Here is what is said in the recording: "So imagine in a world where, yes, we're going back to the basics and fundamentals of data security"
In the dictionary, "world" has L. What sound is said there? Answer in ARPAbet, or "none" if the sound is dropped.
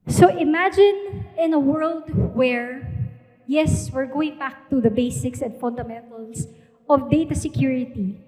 L